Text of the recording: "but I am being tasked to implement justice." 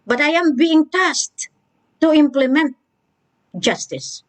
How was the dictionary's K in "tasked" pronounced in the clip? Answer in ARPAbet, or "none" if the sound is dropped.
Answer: none